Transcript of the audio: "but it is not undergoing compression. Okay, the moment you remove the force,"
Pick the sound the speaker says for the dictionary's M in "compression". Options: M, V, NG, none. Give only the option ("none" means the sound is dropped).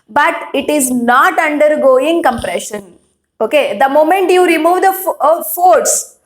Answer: M